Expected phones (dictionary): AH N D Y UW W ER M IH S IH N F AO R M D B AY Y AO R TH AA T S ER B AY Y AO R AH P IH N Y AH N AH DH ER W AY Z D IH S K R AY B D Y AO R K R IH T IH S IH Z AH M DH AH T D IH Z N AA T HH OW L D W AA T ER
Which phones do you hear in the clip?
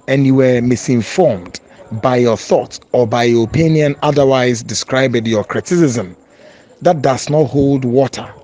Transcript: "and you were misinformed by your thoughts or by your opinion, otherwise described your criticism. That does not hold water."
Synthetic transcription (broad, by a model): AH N Y UW W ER M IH S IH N F AO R M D B AY Y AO TH AA T S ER B AY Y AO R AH P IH N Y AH N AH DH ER W AY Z D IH S K R AY B D Y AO K R IH T IH S IH Z AH M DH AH T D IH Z N AA T HH OW L D W AA T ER